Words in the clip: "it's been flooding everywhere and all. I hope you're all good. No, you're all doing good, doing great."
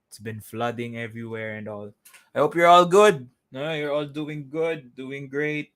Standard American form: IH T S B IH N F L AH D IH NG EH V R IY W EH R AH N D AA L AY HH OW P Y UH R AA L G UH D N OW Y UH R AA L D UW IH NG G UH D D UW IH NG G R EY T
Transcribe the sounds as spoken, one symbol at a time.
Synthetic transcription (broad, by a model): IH T S B IH N F L AH D IH NG EH V R IY W EH R AH N D AA L AY HH OW P Y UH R AA L G UH D N OW Y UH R AA L D UW IH NG G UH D D UW IH NG G R EY T